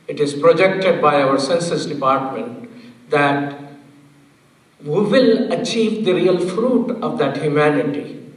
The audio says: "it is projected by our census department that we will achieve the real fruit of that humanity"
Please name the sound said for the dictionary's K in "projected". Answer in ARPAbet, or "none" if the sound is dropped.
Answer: K